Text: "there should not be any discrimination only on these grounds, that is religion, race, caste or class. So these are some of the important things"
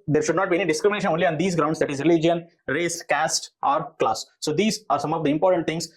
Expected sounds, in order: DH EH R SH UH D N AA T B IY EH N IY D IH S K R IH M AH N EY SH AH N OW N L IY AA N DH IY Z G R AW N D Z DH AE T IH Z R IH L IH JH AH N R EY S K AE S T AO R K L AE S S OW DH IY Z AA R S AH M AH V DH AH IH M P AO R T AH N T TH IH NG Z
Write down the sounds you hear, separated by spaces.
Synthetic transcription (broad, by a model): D EH R SH UH D N AA T B IY EH N IY D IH S K R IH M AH N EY SH AH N OW N L IY AA N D IY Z G R AW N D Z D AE T IH Z R IH L IH JH AH N R EY S K AE S T AO R K L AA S S OW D IY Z AA R S AH M AH V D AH IH M P AO R T AH N T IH NG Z